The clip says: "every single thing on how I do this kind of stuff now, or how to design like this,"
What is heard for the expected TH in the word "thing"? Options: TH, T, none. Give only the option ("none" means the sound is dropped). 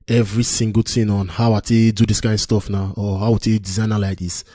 T